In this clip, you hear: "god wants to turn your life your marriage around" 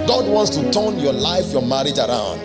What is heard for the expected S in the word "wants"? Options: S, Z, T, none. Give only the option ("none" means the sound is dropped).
S